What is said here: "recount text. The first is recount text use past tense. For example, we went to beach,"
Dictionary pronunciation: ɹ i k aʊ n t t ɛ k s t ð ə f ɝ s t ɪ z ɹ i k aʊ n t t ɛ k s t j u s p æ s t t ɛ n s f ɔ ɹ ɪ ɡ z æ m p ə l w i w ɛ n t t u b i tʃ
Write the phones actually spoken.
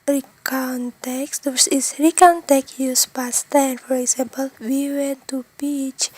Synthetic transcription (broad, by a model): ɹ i k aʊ n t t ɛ k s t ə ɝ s ɪ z ɹ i k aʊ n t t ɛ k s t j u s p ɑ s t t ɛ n f ɔ ɹ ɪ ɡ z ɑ m p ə l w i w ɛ n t t u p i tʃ